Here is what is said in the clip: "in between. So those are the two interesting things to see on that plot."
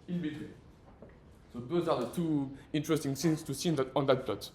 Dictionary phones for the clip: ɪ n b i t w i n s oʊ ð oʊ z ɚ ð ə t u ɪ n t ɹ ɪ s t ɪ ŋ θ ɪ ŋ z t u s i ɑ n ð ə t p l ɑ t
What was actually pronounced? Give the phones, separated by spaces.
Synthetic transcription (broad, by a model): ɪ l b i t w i s oʊ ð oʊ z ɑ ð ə t u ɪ n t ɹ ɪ s t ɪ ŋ s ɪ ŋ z t u s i ɑ n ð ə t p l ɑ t